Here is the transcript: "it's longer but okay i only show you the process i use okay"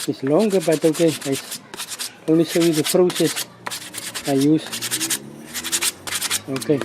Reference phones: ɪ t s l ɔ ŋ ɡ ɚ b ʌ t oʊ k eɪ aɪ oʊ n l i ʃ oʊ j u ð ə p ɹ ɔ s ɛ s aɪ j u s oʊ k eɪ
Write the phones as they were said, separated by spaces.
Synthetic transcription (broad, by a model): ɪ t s l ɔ ŋ ɡ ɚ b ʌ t oʊ k eɪ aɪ oʊ n l i s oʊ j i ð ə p ɹ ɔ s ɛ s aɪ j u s oʊ k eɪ